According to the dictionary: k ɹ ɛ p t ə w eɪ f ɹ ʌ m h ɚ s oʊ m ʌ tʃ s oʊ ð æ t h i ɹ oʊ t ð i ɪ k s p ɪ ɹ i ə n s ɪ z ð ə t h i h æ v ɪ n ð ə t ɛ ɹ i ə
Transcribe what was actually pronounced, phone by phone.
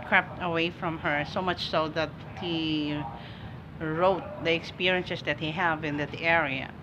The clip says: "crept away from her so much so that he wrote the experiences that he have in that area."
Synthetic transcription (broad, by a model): k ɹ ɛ p t ə w eɪ f ɹ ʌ m h ɚ s oʊ m ʌ tʃ s oʊ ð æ t h i ɹ oʊ t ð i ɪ k s p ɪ ɹ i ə n s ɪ s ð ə t h i h æ v ɪ n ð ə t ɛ ɹ i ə